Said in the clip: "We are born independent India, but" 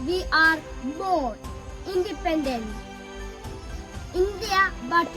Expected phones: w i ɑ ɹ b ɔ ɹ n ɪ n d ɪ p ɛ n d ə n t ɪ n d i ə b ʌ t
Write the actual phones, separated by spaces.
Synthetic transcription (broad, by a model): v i ɑ ɹ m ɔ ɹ ɪ n d ɪ p ɛ n d ə n t ɪ n d i ə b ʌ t